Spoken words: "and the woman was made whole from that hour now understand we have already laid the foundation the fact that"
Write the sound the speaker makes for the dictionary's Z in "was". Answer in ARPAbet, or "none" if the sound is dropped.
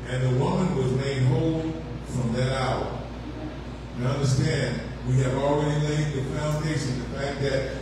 Z